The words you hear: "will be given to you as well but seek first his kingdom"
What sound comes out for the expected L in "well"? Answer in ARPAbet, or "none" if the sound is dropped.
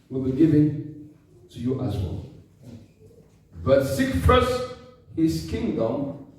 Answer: L